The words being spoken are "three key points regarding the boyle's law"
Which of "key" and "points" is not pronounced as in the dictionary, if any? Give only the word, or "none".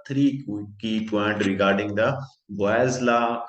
points